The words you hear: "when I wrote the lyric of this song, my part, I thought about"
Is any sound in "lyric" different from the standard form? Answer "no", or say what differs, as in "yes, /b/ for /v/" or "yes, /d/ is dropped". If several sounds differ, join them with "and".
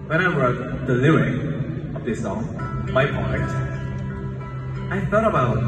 yes, /ɹ/ is dropped